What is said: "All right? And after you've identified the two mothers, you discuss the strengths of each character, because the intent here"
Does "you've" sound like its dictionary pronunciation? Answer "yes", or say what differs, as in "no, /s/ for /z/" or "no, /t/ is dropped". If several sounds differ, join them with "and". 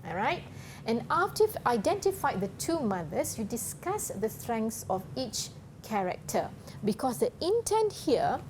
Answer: no, /f/ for /v/